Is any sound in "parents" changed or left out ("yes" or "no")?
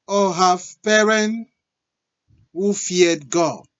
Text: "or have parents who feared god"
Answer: yes